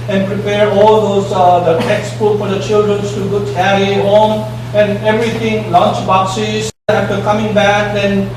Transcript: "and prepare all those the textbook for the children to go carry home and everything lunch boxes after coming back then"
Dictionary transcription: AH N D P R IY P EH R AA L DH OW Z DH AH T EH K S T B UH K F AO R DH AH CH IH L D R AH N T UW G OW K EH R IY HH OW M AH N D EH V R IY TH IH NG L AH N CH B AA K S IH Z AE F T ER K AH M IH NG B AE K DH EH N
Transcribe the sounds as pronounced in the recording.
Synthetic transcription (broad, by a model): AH N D P R IY P EH R AA L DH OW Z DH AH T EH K S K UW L F AO R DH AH CH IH L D R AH N T UW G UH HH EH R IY HH OW M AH N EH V R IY T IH NG L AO N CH B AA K S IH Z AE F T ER K AH M IH NG B AE K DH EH N